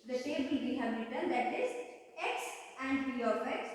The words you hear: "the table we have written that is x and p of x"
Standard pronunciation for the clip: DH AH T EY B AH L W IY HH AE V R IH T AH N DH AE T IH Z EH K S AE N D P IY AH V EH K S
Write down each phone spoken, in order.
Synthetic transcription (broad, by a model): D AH S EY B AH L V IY HH AE V R IH T AH N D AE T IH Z EH K S AE N D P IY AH F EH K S